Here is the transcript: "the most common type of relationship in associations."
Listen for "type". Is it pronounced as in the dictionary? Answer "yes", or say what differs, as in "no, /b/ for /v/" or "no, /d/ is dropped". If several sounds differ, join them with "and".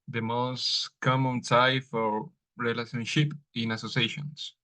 no, /f/ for /p/